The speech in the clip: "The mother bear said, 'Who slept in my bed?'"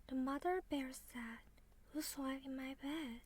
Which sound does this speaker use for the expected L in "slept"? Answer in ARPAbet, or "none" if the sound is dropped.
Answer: none